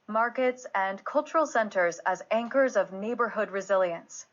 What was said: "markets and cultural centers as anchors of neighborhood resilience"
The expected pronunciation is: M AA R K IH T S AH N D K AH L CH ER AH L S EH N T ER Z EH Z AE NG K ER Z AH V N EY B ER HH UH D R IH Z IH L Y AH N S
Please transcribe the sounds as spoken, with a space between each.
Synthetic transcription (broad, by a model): M AA R K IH T S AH N K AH L CH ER L S EH N T ER Z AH Z AE NG K ER Z AH V N EY B ER HH UH D R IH Z IH L Y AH N S